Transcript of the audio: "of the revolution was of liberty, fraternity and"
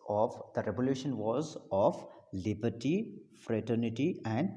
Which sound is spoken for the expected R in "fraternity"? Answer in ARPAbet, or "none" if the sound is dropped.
R